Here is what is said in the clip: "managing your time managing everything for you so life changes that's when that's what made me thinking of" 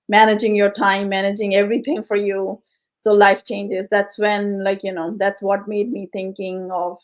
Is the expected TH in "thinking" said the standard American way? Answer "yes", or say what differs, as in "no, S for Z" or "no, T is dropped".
no, T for TH